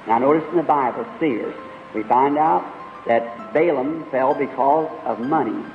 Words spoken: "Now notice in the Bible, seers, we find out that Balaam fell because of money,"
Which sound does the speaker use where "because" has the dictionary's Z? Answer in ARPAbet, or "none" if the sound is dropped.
Z